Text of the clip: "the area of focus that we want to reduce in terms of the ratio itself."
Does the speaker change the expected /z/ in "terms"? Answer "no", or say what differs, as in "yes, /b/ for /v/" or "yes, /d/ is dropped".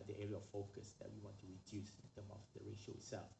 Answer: yes, /z/ is dropped